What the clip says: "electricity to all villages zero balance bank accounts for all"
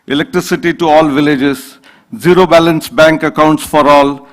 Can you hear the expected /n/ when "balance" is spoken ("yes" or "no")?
yes